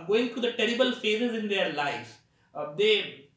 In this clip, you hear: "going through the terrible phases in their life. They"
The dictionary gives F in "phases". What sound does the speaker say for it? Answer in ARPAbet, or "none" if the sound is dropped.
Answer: F